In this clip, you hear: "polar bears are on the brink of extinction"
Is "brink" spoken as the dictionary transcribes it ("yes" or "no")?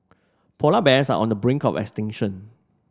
yes